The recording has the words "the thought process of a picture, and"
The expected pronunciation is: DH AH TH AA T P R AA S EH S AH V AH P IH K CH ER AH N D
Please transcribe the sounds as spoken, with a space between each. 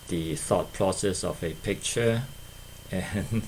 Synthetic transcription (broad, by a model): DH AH TH AA T P R AA S EH S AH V AH P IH K CH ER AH N